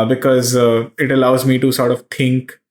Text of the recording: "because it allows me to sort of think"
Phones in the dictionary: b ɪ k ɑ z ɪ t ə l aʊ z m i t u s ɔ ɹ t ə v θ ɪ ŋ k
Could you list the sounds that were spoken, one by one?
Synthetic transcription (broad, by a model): b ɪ k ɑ z ɪ t ə l aʊ z m i t u s ɔ ɹ t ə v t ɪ ŋ k